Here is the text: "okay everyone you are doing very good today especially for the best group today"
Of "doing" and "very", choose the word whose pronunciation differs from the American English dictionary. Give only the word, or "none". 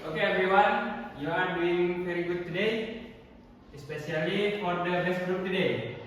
very